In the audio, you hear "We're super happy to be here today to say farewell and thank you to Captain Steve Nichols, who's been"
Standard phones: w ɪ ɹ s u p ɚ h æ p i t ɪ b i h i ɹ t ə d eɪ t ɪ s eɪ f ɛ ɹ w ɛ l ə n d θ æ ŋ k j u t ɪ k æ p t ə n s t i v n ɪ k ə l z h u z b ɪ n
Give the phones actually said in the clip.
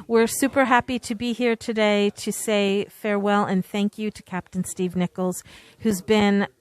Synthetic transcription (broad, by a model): w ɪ ɹ s u p ɚ h æ p i t ɪ b i h i ɹ t ə d eɪ t ɪ s eɪ f ɛ ɹ w ɛ l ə n θ æ ŋ k j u t ɪ k æ p t n s t i v n ɪ k l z h u z b ɪ n